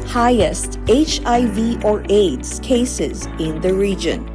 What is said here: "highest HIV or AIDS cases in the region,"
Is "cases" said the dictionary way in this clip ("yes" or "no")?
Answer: yes